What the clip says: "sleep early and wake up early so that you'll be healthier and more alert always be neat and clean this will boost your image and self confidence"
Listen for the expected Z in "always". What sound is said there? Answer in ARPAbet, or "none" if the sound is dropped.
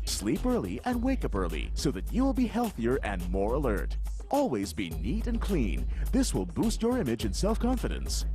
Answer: Z